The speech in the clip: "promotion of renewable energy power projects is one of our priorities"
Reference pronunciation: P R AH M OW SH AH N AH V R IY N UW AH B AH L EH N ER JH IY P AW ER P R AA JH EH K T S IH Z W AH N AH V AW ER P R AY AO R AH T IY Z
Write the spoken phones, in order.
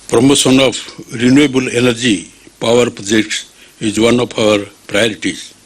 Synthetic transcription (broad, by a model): P R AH M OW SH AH N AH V R IY N UW AH B AH L EH N ER JH IY P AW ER P R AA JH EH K T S IH Z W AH N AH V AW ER P R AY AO R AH T IY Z